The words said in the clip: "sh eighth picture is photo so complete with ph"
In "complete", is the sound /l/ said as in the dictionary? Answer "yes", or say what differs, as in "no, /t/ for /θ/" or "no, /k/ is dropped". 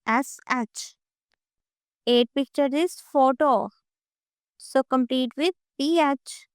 yes